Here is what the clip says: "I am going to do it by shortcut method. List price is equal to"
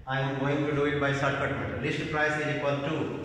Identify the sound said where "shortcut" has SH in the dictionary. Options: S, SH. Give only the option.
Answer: S